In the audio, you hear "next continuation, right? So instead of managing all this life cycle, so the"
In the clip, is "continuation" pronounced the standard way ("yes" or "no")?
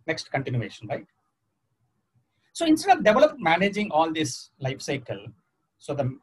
yes